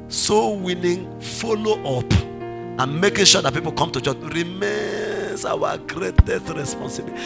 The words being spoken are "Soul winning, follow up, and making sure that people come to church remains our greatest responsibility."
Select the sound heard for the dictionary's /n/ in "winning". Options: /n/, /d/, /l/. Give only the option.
/l/